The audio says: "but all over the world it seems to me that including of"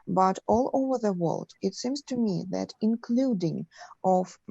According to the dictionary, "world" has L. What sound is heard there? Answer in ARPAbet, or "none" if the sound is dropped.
L